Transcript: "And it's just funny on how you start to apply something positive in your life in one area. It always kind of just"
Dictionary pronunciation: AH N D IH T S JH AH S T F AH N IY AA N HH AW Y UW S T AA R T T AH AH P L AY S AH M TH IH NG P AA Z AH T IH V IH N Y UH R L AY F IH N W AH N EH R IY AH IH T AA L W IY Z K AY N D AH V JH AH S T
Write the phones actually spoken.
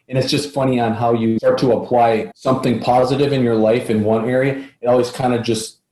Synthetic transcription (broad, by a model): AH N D IH T S JH AH S T F AH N IY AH N HH AW Y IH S T AA R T T AH AH P L AY S AH M TH IH NG P AA Z AH T IH V IH N Y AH R L AY F IH N W AH N EH R IY AH IH T AA L W IY Z K AY N D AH JH AH S T